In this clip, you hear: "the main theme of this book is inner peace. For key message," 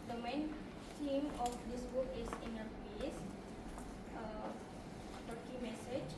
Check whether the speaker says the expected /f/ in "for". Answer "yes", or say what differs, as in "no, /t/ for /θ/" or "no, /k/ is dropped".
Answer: no, /p/ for /f/